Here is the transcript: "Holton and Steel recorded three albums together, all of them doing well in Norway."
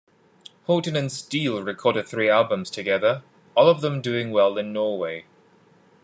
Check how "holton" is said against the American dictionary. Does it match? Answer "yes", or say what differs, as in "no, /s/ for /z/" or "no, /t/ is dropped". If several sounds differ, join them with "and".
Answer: no, /l/ is dropped